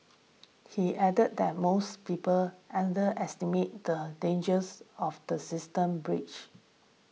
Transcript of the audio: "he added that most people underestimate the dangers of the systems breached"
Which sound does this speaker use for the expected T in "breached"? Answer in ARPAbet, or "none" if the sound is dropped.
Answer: none